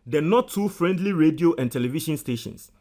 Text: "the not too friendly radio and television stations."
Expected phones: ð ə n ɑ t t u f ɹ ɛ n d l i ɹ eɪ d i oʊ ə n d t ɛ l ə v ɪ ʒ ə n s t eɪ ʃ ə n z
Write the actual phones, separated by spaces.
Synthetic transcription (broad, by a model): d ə n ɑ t t u f ɹ ɛ n d l i ɹ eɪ d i oʊ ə n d t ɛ l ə v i ʃ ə n s t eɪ ʃ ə n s